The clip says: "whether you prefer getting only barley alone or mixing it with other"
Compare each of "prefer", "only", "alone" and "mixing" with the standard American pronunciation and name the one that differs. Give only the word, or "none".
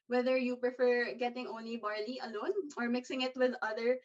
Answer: none